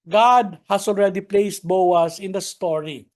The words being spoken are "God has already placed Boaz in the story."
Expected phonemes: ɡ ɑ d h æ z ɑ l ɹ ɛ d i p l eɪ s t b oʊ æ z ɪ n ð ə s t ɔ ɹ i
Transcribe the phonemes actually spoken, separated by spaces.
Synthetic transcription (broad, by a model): ɡ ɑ d h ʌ s ɑ l ɹ ɛ d i p l eɪ s t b oʊ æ s ɪ n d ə s t ɔ ɹ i